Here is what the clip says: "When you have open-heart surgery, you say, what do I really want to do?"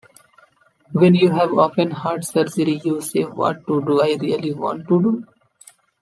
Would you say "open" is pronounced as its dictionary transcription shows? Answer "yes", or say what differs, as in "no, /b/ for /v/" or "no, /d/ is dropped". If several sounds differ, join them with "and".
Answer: no, /f/ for /p/